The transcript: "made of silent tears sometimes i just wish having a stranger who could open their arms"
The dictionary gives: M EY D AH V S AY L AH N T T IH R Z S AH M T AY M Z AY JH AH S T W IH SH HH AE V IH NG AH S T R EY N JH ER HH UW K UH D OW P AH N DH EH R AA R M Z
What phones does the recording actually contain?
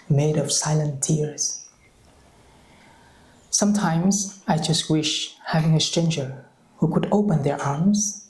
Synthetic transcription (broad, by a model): M EY D AH V S AY L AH N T T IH R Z S AH M T AY M Z AY JH AH S T W IH SH HH AE V IH NG AH S T R EY N JH ER HH UW K UH D OW P AH N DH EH R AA R M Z